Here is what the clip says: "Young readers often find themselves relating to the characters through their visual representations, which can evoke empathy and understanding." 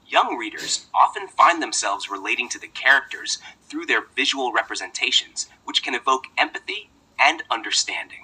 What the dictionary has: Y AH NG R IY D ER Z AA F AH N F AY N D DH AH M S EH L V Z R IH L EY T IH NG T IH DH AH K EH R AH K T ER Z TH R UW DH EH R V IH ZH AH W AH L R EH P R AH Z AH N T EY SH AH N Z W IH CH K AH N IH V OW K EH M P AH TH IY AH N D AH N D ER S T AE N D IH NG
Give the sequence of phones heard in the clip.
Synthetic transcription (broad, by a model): Y AH NG R IY D ER Z AA F AH N F AY N DH AH M S EH L V Z R IH L EY T IH NG T IH DH AH K EH R AH K T ER Z TH R UW DH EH R V IH ZH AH W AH L R EH P R AH Z AH N T EY SH AH N Z W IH CH K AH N IH V OW K EH M P AH TH IY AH N AH N D ER S T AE N D IH NG